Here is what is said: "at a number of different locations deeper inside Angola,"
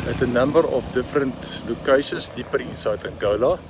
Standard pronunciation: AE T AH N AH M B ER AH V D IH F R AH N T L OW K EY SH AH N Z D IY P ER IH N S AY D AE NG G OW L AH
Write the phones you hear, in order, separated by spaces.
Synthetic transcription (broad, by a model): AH T AH N AH M B ER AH F D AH F R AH N T L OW K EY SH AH N S D IY P ER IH N S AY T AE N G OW L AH